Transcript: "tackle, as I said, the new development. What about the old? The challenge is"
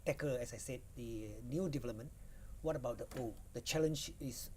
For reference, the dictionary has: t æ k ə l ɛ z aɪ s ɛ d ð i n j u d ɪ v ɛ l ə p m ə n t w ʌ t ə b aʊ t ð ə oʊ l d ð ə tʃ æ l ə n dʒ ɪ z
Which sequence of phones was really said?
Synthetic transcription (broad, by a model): t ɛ k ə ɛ s aɪ s ɛ d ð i n j u d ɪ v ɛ l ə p m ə n w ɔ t ə b aʊ t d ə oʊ d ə tʃ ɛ l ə n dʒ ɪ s